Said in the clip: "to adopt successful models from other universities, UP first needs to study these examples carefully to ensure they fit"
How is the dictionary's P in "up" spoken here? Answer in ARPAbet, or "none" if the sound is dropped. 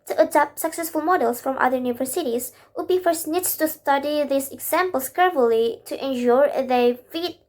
B